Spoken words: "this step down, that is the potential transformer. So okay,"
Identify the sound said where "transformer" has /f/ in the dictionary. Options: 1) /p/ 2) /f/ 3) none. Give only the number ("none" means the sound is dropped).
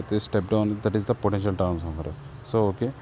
3